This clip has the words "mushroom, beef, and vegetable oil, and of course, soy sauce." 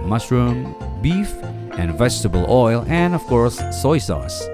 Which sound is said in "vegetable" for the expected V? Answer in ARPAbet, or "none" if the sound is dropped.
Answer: V